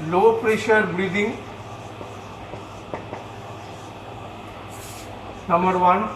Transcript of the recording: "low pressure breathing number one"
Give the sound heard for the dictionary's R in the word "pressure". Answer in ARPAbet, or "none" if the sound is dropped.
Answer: R